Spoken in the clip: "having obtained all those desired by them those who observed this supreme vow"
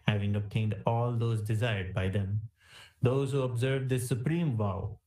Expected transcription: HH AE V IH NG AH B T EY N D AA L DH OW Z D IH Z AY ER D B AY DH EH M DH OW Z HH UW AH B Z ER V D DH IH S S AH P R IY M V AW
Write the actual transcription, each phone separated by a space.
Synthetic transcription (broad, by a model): HH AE V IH NG AH B T EY N D AA L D OW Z D IH Z AY ER D B AY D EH M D OW Z HH UW AH B Z ER V D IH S S AH P R IY M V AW